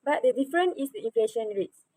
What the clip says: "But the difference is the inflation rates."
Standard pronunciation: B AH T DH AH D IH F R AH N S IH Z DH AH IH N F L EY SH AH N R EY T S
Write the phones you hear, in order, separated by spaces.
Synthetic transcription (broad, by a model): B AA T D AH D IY F R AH N IH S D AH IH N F L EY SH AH N R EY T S